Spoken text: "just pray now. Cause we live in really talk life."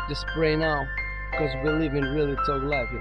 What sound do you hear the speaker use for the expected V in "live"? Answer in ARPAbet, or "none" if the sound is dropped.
V